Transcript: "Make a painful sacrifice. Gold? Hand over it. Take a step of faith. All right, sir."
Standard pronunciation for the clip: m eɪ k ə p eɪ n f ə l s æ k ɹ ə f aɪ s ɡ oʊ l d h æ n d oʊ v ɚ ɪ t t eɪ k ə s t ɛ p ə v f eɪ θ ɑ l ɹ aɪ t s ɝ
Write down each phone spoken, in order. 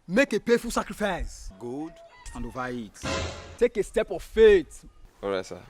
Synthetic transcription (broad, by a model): m eɪ k ə p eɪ f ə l s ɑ k ɹ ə f aɪ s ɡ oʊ d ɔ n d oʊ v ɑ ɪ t t eɪ k ə s t ɛ p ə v f eɪ t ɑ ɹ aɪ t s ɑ